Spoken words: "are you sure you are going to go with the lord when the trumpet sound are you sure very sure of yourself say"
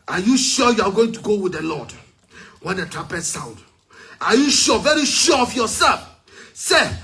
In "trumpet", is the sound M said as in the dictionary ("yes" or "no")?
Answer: no